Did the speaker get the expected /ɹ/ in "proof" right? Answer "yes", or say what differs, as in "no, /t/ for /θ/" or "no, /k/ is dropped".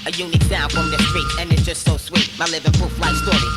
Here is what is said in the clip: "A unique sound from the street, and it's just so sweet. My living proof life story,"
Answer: no, /ɹ/ is dropped